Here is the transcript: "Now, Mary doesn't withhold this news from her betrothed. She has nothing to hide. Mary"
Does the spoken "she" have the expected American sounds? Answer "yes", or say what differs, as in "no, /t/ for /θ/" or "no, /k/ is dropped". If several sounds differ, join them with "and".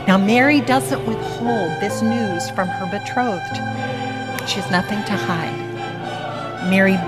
yes